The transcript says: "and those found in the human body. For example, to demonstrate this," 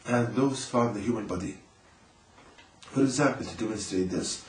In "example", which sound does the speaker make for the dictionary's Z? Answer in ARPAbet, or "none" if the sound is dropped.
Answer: Z